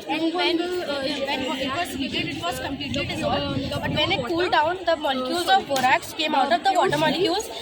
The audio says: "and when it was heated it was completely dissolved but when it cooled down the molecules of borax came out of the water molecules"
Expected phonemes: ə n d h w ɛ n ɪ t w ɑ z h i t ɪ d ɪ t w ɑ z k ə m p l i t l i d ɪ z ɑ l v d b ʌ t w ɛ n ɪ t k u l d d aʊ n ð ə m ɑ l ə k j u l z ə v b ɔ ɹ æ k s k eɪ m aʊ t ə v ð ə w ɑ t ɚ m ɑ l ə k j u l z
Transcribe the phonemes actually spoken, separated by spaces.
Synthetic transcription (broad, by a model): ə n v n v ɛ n ɪ t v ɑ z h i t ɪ ɪ t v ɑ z k ə m p l i t l i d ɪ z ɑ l b ʌ t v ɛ n ɪ t k u l d d aʊ n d ə m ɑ l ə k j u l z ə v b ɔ ɹ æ k s k eɪ m aʊ t ə v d ə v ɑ t ɚ m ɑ l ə k j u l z